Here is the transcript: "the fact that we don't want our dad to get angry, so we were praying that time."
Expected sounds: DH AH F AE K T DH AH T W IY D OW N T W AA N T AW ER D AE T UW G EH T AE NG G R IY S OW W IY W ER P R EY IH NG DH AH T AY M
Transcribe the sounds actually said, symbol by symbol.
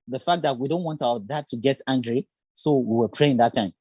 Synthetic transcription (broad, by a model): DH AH F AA K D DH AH T W IY D OW N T W AA N T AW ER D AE T UW G EH T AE NG G R IY S OW W IY W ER P R EY IH NG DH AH T AY M